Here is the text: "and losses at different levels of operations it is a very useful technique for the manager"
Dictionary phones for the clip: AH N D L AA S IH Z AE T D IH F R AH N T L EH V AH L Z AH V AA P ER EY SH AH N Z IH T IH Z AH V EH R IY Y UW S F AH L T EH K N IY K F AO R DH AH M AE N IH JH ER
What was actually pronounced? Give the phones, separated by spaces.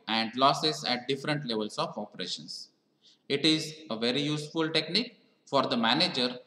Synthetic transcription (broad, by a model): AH N D L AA S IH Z AE T D IH F R AH N T L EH V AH L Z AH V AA P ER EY SH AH N S IH T IH Z AH V EH R IY Y UW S F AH L T EH K N IY K F AO R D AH M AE N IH JH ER